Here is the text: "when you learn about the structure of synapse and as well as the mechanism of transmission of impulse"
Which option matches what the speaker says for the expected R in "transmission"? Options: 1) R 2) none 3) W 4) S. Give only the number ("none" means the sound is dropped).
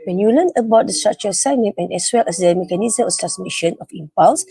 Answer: 2